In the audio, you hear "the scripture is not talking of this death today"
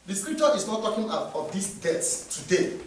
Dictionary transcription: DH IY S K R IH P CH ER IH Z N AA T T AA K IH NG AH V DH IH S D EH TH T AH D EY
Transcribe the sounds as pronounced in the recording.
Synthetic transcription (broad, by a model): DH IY S K R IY P CH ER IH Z N AA T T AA K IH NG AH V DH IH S D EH S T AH D EY